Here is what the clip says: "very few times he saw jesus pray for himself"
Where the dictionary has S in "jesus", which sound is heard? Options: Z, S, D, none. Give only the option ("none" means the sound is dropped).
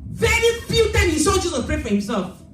none